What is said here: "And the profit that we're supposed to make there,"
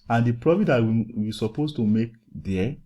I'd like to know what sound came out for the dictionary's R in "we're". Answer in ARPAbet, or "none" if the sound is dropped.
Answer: W